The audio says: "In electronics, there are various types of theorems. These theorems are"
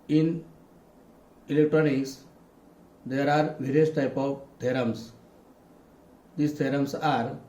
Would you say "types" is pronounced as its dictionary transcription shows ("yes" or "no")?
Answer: no